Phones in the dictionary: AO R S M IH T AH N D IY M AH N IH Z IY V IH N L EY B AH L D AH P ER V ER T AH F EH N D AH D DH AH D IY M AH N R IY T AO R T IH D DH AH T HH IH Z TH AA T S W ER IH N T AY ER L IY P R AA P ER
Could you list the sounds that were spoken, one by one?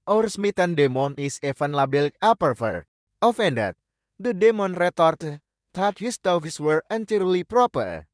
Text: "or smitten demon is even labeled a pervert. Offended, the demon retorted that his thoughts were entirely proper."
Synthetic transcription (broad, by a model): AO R S M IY T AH N D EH M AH N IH S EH F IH N L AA B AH L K AH P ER F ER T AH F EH N D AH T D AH D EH M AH N R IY T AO R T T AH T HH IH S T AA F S W ER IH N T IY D L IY P R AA P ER